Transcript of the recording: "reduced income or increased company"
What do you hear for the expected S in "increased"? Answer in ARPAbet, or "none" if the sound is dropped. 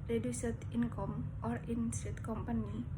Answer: none